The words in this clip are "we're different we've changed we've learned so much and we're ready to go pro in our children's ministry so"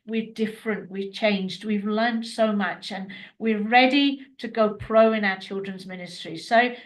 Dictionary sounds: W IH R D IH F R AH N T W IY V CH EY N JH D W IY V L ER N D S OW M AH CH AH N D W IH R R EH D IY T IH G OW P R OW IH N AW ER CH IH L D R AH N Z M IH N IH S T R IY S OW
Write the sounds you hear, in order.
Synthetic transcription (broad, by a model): W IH R D IH F R AH N T W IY CH EY N JH D W IY V L ER N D S OW M AH CH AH N W IH R R EH D IY T IH G OW P R OW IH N AW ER CH IH L D R AH N Z M IH N IH S T R IY S OW